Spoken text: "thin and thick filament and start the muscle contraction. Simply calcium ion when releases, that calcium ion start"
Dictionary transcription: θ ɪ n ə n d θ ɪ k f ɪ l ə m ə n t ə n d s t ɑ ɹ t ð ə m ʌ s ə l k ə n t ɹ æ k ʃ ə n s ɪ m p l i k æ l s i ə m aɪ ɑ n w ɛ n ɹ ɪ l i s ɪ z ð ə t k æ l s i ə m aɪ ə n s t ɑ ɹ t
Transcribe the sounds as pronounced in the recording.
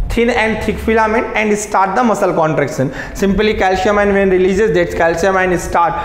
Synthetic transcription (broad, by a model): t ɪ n ə n d t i k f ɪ l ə m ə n ə n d s t ɑ ɹ t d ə m ʌ s ə l k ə n t ɹ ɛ k s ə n s ɪ m p l i k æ l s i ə m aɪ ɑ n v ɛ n ɹ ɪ l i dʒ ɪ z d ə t k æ l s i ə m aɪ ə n s t ɑ ɹ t